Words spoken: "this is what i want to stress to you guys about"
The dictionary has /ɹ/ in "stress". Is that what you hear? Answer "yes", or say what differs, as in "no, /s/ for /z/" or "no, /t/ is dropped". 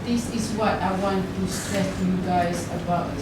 no, /ɹ/ is dropped